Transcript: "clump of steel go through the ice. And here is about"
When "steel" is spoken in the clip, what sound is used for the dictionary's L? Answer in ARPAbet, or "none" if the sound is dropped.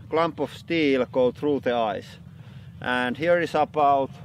L